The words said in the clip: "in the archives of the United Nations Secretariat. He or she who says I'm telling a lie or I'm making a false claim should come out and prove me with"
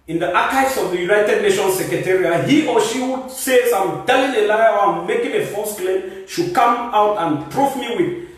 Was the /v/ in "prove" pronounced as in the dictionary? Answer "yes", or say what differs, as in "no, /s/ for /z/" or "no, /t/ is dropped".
no, /f/ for /v/